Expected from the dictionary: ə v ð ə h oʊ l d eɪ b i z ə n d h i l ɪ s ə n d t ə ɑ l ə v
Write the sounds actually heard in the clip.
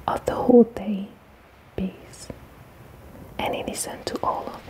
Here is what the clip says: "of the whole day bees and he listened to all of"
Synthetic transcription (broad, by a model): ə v ð ə h oʊ l d eɪ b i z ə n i n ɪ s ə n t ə ɑ l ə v